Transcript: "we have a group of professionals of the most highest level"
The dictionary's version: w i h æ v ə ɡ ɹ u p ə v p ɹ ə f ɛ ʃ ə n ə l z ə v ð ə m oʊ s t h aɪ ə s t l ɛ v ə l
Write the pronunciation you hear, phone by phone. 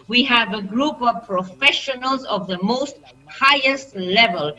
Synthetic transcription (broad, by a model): w i h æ v ə ɡ ɹ u p ə v p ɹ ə f ɛ ʃ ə n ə l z ə v ð ə m oʊ s t h aɪ ə s t l ɛ v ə l